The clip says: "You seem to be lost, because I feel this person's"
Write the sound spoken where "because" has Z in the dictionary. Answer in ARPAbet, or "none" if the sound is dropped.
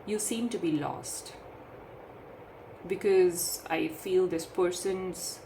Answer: Z